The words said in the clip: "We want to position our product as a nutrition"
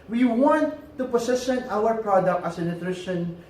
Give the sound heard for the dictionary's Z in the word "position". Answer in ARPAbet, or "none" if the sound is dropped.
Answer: S